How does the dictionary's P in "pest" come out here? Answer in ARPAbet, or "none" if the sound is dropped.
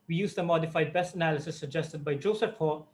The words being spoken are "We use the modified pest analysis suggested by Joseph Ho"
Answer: B